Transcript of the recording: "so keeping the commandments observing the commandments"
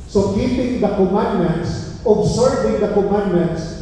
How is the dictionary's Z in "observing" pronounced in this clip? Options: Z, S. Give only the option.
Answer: S